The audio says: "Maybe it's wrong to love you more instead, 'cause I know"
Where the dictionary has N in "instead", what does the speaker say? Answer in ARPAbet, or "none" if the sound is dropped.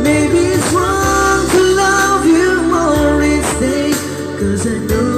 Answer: none